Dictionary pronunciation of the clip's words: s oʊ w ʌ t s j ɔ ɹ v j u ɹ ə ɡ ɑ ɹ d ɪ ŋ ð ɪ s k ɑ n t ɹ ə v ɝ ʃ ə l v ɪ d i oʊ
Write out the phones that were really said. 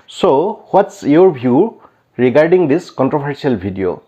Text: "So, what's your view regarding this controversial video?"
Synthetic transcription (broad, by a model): s oʊ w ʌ t s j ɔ ɹ b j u ɹ ə ɡ ɑ ɹ d ɪ ŋ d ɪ s k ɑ n t ɹ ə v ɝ s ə l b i d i oʊ